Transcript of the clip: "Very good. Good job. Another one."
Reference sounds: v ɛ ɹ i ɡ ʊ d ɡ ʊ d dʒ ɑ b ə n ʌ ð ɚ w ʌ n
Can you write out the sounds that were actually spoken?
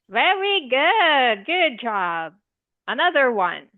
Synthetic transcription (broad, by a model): v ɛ ɹ i ɡ ʊ d ɡ ʊ d dʒ ɑ b ə n ʌ ð ɚ w ʌ n